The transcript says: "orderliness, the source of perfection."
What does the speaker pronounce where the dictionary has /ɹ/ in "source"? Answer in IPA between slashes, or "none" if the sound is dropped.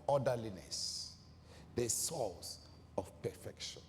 /l/